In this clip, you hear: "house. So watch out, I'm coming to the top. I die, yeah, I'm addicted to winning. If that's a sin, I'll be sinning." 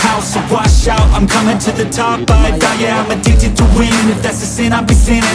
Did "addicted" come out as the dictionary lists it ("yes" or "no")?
no